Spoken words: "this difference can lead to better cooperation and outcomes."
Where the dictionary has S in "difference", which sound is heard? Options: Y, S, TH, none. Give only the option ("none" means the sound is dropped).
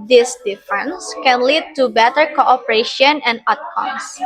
S